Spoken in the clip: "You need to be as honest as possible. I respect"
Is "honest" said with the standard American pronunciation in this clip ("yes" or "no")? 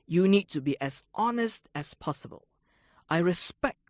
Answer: yes